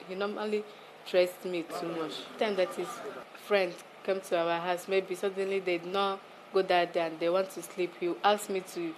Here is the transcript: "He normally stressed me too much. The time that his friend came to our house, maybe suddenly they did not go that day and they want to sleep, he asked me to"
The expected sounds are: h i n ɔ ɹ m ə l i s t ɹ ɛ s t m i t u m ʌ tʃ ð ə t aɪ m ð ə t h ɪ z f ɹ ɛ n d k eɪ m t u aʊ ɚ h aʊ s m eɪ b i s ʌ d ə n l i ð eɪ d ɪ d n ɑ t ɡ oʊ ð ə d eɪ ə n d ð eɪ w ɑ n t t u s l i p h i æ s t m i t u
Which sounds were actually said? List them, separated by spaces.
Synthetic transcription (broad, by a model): h i n ɔ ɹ m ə l i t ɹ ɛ s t m i t u m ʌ tʃ t aɪ m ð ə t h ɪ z f ɹ ɛ n d k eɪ m t u aʊ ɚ h aʊ s m eɪ b i s ʌ d ə n l i d ɪ d n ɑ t ɡ oʊ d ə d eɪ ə n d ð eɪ w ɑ n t t u s l i p h i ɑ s m i t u